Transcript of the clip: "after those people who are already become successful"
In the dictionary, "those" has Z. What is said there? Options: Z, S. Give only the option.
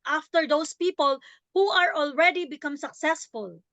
S